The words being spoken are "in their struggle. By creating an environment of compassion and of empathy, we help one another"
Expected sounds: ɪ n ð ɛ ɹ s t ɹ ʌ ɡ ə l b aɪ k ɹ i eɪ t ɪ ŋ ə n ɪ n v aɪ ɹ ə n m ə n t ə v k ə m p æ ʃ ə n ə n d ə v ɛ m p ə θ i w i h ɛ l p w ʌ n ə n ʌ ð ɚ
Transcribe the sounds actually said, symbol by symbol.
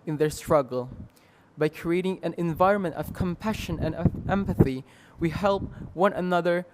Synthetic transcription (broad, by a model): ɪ n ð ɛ ɹ s t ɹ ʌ ɡ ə l b aɪ k ɹ i eɪ t ɪ ŋ ə n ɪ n v aɪ ɹ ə n m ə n t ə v k ə m p æ ʃ ə n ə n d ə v ɛ m p ə θ i w i h ɛ l p w ʌ n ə n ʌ ð ɚ